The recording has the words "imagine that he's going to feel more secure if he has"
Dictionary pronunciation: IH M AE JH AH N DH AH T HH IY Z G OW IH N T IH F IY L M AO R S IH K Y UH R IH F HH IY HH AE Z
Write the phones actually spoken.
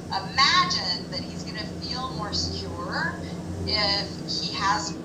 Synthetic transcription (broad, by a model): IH M AE JH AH N DH AH T HH IY Z G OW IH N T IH F IY L M AO R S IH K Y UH R IH F HH IY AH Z